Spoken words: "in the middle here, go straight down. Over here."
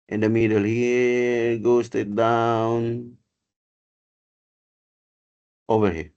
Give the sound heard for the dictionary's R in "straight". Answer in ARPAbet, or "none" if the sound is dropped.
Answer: none